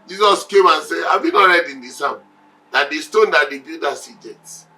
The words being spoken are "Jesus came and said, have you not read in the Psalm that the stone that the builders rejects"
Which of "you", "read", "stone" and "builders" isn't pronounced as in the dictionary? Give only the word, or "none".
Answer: builders